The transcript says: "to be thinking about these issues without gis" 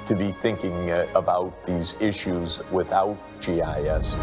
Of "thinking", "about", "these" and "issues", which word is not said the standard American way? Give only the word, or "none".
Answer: none